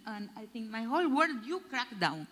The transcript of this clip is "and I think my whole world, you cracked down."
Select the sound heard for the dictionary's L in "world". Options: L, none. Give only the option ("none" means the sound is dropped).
none